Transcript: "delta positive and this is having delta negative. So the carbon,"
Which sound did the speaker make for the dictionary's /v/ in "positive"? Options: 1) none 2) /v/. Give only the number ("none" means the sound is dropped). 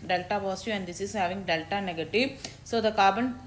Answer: 1